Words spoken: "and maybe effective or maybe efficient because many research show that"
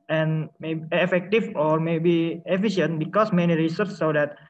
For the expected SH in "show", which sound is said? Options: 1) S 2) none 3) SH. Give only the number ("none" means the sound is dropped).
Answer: 1